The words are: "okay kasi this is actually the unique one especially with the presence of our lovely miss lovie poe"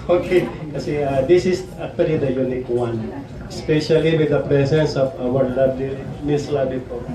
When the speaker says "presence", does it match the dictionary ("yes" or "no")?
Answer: no